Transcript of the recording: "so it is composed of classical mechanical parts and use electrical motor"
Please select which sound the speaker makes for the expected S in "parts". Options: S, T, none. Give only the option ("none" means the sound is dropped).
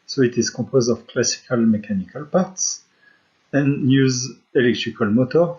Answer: S